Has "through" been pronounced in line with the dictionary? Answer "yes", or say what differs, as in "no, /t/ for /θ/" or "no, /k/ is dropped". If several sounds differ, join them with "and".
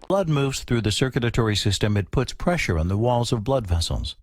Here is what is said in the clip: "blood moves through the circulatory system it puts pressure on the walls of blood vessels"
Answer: yes